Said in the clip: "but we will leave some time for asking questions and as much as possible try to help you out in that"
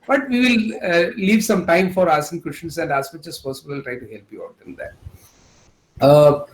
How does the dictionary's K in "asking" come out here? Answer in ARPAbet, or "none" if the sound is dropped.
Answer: none